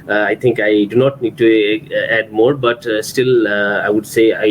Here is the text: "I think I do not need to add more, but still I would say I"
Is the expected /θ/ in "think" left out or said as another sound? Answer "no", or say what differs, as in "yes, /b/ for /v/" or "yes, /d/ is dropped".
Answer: yes, /t/ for /θ/